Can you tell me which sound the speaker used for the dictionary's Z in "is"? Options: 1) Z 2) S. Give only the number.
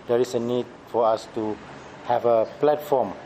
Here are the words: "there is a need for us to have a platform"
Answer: 2